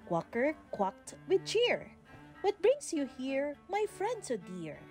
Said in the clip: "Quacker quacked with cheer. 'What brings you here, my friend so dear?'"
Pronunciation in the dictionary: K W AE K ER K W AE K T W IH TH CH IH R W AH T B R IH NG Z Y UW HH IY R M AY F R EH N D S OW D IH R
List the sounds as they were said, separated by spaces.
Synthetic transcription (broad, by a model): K W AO K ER K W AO K T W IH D CH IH R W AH T B R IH NG S Y UW HH IY R M AY F R EH N D S OW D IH R